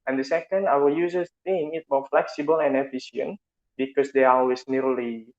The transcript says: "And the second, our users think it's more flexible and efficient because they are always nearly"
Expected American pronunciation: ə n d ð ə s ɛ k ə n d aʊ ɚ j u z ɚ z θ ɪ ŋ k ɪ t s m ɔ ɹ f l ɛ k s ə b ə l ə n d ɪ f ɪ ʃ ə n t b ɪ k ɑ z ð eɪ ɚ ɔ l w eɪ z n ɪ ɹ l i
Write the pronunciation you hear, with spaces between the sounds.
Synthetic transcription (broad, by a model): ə n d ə s ɛ k ə n d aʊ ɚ j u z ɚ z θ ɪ ŋ ɪ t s m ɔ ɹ f l ɛ k s ə b ə l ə n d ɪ f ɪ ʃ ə n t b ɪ k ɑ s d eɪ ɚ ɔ l w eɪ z n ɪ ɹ l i